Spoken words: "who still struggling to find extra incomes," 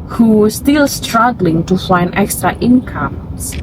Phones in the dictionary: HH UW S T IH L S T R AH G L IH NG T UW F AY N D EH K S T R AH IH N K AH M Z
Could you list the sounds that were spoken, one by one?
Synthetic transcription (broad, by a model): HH UW S T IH L S T R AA G L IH NG T UW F AY N EH K S T R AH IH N K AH M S